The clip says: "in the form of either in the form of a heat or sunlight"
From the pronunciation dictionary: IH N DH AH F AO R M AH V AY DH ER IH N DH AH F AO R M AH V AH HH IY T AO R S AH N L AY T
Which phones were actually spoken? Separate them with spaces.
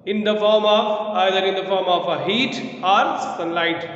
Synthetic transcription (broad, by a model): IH N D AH F AO R M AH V AY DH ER IH N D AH F AO R M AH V AH HH IY T AO R S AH N L AY T